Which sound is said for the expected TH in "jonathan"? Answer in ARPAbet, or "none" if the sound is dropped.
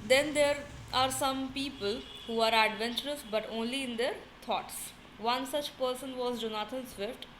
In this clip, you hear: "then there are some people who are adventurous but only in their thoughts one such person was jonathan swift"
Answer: T